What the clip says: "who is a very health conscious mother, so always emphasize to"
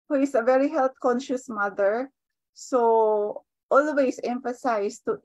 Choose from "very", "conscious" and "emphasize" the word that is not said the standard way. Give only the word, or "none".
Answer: emphasize